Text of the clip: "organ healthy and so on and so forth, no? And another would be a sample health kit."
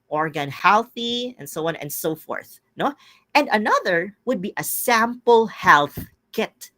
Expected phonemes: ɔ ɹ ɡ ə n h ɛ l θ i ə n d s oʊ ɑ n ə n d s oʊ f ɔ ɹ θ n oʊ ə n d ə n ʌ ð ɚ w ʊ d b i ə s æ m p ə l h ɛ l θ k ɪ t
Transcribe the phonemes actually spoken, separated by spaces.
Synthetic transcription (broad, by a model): ɔ ɹ ɡ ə n h ɛ l θ i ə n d s oʊ ɑ n ə n d s oʊ f ɔ ɹ θ n oʊ ə n d ə n ʌ ð ɚ w ʊ d b i ə s æ m p ə l h ɛ l θ k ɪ t